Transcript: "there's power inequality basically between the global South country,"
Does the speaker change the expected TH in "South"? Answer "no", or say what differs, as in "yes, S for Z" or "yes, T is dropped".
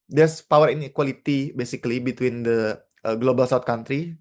yes, T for TH